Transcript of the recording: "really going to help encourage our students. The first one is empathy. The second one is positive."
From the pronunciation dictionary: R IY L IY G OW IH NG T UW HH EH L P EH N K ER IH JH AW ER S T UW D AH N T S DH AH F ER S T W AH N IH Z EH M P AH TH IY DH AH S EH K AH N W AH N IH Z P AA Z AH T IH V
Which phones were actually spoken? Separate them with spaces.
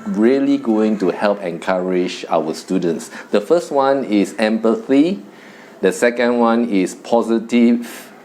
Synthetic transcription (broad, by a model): R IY L IY G OW IH NG T UW HH EH L P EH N K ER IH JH AW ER S T UW D AH N T S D AH F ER S T W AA N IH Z EH M P AH TH IY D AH S EH K AH N W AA N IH S P AA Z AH T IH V